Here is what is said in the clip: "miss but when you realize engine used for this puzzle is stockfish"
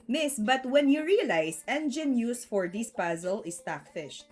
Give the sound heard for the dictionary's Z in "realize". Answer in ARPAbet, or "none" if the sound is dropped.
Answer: S